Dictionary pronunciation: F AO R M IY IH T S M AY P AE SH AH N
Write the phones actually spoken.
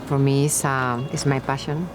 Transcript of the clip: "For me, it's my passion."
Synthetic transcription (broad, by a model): F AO R M IY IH S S M AY P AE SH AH N